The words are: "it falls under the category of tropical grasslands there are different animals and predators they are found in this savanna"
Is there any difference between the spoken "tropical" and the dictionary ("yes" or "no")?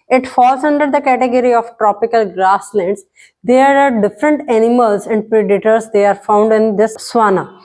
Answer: no